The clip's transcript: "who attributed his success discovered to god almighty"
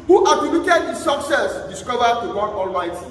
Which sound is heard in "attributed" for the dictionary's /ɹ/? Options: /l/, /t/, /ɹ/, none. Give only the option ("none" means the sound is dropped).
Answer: none